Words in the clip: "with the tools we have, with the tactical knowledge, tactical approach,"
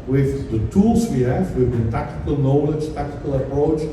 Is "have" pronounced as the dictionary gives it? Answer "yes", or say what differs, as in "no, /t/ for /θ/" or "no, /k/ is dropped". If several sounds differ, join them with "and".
no, /f/ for /v/